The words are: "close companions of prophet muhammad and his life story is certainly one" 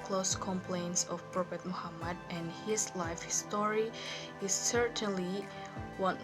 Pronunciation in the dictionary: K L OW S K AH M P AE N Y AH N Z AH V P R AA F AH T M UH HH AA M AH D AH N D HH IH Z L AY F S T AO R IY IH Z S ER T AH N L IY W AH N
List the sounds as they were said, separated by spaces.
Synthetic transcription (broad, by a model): K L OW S K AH M P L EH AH N S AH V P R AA P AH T M UH HH AA M AH D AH N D HH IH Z L AY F S T AO R IY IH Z S ER T AH N L IY W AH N